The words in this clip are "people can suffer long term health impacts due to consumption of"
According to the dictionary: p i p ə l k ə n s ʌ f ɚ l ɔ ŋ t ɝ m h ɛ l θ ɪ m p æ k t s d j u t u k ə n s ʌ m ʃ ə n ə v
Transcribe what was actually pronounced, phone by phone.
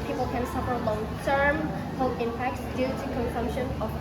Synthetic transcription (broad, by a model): p i p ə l k ə n s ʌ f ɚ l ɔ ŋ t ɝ m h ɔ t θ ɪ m p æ k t s d j u t u k ə n s ʌ m ʃ ə n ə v